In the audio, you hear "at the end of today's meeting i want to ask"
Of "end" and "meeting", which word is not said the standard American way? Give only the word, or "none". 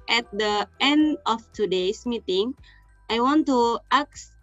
none